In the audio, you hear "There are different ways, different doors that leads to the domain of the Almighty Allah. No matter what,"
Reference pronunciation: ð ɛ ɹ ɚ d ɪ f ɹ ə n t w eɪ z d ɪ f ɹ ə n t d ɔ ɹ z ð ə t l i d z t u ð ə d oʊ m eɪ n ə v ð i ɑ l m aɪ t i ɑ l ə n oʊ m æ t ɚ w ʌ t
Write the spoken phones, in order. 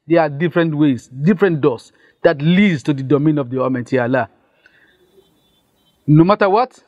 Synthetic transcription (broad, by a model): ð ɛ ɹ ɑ d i f ɹ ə n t w eɪ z d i f ɹ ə n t d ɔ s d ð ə t l i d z t u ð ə d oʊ m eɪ n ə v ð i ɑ m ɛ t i ɑ l ə n oʊ m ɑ t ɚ w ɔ t